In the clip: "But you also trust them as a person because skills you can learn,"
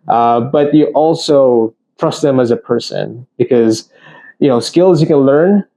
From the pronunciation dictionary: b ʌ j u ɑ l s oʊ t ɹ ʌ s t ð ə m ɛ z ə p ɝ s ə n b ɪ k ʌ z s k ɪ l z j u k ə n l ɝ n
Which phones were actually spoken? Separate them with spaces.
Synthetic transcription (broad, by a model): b ʌ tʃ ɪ ɑ l s oʊ t ɹ ʌ s t ð ə m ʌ z ə p ɝ s ə n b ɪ k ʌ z s k ɪ l z j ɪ k ə n l ɝ n